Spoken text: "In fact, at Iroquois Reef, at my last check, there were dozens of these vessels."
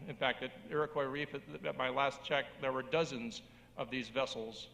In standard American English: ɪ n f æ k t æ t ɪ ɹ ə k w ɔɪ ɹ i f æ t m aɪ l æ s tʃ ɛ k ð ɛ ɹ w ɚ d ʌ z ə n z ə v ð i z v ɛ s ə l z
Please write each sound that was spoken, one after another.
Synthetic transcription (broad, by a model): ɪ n f æ k t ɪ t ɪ ɹ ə k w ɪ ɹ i f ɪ t m aɪ l æ s tʃ ɛ k ð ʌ ɹ w ɚ d ʌ z ə n z ə v ð i z v ɛ s l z